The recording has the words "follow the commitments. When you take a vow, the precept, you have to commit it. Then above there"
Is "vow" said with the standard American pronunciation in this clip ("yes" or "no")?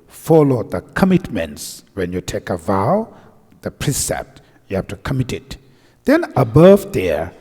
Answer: yes